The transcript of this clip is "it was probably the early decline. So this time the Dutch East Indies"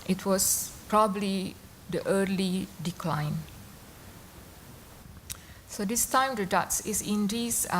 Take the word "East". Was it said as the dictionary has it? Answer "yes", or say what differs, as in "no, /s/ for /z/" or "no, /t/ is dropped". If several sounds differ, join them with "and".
no, /t/ is dropped